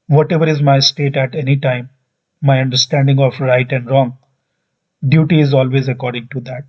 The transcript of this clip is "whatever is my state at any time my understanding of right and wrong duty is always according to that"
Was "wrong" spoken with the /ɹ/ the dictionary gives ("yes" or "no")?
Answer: yes